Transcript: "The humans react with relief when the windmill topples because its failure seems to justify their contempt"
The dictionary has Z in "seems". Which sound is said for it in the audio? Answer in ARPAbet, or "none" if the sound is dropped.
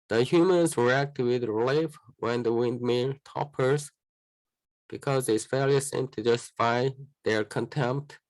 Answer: none